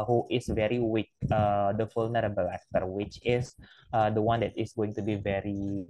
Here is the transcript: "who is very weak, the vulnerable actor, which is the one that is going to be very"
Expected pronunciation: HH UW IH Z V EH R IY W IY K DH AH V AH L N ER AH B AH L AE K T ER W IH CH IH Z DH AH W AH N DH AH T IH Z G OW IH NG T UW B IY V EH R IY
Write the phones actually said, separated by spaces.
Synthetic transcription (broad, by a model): HH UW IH S V EH R IY W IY K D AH F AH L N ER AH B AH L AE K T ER W IH CH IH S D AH W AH N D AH T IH S G OW IH NG T UW B IY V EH R IY